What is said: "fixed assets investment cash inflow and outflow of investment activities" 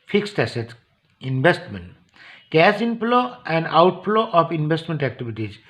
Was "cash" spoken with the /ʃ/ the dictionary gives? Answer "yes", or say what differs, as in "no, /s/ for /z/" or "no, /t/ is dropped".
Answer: no, /s/ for /ʃ/